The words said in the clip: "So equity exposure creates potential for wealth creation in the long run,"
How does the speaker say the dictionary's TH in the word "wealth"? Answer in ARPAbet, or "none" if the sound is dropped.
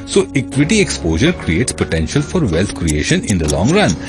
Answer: T